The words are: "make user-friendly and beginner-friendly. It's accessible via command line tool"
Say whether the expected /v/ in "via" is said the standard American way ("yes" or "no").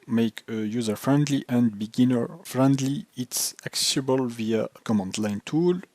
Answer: yes